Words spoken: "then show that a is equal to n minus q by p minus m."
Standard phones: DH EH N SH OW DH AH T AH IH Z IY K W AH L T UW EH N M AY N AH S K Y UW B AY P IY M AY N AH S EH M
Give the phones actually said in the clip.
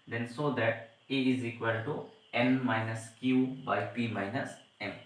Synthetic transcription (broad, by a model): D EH N S OW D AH T AH IH Z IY K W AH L T UW EH N M AY N AH S K Y UW B AY P IY M AY N AH S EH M